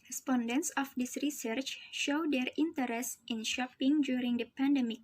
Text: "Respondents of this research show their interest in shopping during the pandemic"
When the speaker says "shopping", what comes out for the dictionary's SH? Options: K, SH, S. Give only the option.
SH